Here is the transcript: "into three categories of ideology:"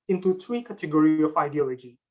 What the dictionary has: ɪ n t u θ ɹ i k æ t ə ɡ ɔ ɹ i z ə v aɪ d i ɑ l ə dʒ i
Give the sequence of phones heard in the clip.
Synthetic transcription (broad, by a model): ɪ n t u t ɹ i k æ t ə ɡ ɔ ɹ i ə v aɪ d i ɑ l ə dʒ i